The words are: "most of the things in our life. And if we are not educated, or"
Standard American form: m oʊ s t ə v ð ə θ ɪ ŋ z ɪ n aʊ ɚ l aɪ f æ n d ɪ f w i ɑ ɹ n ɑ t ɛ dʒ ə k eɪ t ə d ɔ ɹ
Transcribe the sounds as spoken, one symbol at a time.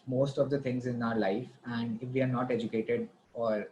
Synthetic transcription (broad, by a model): m oʊ s t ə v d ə t ɪ ŋ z ɪ n aʊ ɚ l aɪ f æ n d ɪ f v i ɑ ɹ n ɑ t ɛ dʒ ə k eɪ t ə d ɔ ɹ